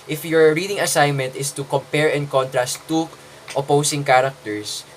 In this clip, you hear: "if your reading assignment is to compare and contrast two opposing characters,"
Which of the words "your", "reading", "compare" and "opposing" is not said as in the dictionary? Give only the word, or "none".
opposing